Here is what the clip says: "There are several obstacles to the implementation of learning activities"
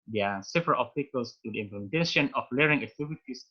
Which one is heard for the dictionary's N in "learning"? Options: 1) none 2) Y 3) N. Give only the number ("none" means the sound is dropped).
1